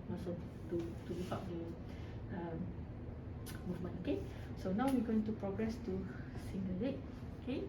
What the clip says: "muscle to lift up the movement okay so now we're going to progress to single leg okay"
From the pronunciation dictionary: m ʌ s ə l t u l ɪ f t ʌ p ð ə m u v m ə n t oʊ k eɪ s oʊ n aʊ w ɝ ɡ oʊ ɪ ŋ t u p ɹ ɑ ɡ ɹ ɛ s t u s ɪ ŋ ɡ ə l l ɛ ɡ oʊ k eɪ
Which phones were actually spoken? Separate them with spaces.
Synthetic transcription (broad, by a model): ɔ s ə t t u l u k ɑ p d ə m u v m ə n oʊ k eɪ s oʊ n aʊ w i ɡ oʊ ɪ ŋ t u p ɹ ɑ ɡ ɹ ɛ s t u s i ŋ ɡ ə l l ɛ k oʊ k eɪ